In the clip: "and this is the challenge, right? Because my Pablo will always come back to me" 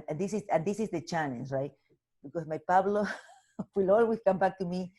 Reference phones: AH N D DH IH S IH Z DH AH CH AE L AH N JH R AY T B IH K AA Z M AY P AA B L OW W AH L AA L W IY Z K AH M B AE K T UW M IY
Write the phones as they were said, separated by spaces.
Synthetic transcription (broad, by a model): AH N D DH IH S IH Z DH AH CH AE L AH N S R AY T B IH K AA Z M AY P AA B L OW W AH L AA L W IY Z K AH M B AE K T UW M IY